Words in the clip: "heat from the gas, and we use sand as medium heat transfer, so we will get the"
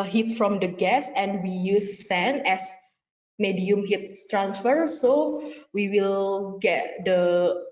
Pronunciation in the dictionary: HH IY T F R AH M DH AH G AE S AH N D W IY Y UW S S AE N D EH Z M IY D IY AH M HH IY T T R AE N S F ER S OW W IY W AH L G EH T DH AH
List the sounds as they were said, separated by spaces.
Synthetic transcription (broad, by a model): HH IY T F R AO M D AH G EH S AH N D W IY Y UW S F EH N EH S M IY D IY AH M HH IY T T R AE N S F ER S OW W IY W AH L G EH T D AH